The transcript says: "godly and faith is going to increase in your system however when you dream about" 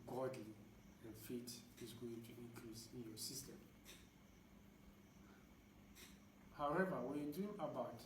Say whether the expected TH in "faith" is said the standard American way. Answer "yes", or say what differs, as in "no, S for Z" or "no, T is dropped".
no, T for TH